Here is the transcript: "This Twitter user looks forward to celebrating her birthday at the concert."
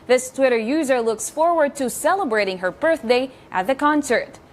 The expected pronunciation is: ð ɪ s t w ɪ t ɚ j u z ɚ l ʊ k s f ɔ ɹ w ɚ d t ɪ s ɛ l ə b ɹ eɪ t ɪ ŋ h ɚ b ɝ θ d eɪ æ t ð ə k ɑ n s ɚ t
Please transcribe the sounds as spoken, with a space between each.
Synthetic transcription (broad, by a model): ð ɪ s t w ɪ t ɚ j u z ɚ l ʊ k s f ɔ ɹ w ɚ d t ɪ s ɛ l ə b ɹ eɪ t ɪ ŋ h ɚ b ɝ θ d eɪ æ t ð ə k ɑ n s ɚ t